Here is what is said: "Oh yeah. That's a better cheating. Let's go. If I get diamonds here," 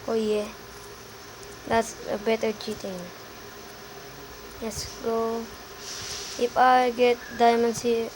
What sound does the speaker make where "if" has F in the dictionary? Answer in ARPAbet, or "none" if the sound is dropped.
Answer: P